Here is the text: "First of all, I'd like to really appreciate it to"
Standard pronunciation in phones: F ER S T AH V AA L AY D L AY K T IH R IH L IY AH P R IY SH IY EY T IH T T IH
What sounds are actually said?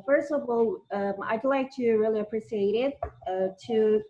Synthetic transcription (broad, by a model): F ER S T AH V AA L AY D L AY K T IH R IH L IY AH P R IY S IY EY T IH T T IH